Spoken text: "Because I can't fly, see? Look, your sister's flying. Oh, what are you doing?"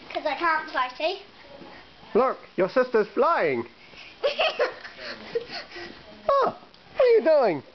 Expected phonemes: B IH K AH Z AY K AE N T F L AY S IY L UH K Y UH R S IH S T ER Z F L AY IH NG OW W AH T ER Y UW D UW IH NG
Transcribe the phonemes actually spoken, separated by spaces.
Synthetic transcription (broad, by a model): K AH Z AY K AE N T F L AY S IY L UH K Y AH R S IH S T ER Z F L AY IH NG OW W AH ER Y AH D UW IH NG